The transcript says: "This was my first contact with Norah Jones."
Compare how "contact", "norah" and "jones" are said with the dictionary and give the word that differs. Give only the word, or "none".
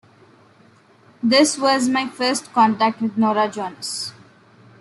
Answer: jones